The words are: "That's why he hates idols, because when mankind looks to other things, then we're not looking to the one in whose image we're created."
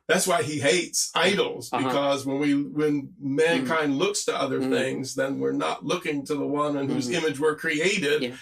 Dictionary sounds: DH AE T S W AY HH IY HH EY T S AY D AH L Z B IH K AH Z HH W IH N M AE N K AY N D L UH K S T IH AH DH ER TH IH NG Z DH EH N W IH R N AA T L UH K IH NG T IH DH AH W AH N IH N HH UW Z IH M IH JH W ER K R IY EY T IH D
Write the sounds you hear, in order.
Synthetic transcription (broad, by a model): DH AE T S W AY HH IY HH EY T S AY D L Z B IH K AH Z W W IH N M AE N K AY N D L UH K S T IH AH DH ER TH IH NG Z DH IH N W IH R N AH T L UH K IH NG T IH DH AH W AH N IH N HH UW Z IH M IH JH W ER K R IY EY T IH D